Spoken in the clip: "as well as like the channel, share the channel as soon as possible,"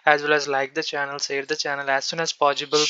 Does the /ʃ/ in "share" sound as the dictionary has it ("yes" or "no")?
no